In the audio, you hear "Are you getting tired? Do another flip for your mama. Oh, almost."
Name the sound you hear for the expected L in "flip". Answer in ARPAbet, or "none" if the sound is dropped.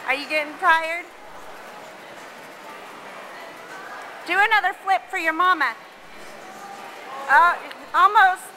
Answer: L